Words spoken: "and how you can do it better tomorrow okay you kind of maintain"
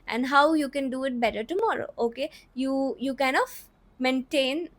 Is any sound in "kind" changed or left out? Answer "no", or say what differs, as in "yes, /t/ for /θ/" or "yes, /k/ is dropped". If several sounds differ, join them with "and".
yes, /d/ is dropped